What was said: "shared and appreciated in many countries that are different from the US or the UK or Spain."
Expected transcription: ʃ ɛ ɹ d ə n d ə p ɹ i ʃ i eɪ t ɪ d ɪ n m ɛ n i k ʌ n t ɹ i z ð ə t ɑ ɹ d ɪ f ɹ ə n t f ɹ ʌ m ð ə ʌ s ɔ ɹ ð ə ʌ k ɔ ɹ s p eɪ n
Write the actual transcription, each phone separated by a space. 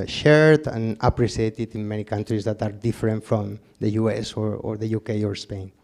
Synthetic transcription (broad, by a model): ʃ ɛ ɹ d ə n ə p ɹ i s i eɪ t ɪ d ɪ n m ɛ n i k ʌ n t ɹ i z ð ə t ɑ ɹ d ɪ f ɹ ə n t f ɹ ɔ m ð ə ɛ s ɔ ɹ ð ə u k ɔ ɹ s p eɪ n